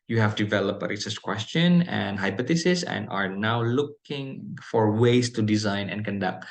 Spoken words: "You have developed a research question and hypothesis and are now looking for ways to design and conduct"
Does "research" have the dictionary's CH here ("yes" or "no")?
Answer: no